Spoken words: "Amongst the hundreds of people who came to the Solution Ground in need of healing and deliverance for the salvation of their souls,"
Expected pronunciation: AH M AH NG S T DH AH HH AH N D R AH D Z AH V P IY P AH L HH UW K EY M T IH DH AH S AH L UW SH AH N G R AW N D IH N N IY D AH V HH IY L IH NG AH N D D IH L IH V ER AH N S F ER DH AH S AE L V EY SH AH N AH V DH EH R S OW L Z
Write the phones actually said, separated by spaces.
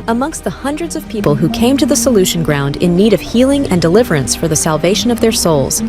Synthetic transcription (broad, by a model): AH M AH NG S T DH AH HH AH N D R AH D Z AH V P IY P L HH UW K EY M T IH DH AH S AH L UW SH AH N G R AW N D IH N N IY D AH V HH IY L IH NG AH N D D IH L IH V ER AH N S F ER DH AH S AE L V EY SH AH N AH V DH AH R S OW L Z